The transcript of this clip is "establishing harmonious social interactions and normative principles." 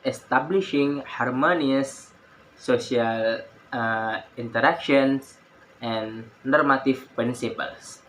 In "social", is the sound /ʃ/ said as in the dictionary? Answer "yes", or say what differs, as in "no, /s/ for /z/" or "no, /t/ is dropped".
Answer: no, /ʃ/ is dropped